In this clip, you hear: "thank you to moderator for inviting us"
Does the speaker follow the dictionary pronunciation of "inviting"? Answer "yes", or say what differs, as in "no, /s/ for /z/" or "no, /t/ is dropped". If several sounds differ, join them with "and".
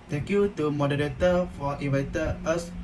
no, /n/ is dropped